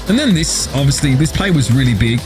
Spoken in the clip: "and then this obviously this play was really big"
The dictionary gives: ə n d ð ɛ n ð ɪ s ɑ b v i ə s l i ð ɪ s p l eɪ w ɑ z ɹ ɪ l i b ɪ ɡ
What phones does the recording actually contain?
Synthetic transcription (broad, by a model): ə n ð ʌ n ð ɪ s ɑ b v i ə s l i ð ɪ s p l eɪ w ɑ z ɹ ɪ l i b ɪ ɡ